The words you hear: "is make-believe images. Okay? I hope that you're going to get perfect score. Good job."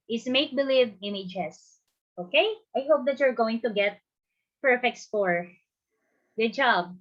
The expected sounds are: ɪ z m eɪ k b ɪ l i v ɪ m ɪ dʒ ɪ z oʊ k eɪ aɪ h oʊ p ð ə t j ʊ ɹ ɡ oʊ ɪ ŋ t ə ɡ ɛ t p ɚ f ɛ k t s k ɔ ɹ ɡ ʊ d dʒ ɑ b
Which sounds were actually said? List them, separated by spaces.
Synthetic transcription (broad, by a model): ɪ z m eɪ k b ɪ l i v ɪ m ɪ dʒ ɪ s oʊ k eɪ aɪ h oʊ p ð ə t j ʊ ɹ ɡ oʊ ɪ ŋ t ə ɡ ɛ t p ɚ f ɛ k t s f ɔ ɹ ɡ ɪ dʒ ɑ b